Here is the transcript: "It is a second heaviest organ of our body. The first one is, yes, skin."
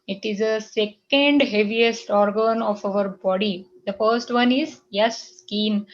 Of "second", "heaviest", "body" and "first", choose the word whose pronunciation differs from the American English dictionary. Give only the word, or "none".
none